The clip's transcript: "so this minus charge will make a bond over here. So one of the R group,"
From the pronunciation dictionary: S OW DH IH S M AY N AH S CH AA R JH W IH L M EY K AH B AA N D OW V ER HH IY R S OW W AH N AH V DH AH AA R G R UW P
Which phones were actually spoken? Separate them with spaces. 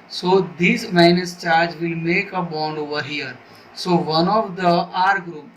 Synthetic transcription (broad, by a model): S OW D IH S M AY N AH S CH AA R JH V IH L M EY K AH B AA N D OW V ER HH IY R S OW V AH N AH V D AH AA R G R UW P